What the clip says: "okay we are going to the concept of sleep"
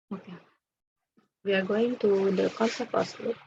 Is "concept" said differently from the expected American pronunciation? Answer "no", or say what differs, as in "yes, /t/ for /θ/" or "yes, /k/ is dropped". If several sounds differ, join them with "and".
yes, /t/ is dropped